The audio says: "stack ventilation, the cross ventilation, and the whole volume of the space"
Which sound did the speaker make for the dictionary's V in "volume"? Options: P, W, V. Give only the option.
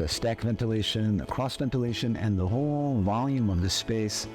V